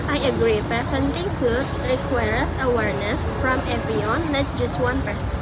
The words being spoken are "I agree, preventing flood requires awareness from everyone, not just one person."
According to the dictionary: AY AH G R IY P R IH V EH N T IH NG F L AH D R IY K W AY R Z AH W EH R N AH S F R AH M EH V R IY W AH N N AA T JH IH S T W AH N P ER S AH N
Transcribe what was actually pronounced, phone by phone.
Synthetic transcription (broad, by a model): AY AH G R IY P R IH F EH N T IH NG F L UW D R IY K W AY R S AH W EH R N AH S F R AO M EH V R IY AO N L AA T JH IH S T W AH N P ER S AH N